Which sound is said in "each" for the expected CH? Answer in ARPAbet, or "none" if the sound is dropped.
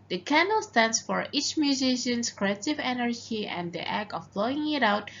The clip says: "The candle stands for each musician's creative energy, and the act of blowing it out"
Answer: CH